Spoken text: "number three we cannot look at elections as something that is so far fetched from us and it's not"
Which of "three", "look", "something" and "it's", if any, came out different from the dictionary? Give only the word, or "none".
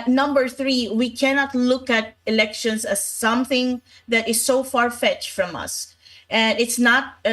none